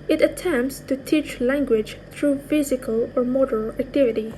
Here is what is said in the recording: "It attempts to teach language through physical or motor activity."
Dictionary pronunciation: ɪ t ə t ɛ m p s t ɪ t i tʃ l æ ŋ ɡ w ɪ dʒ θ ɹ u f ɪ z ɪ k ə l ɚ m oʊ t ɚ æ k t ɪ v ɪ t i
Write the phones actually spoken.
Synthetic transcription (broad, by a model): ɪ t ə t ɛ m p s t ɪ t i tʃ l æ ŋ ɡ w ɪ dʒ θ ɹ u f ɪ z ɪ k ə l ɚ m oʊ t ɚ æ k t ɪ v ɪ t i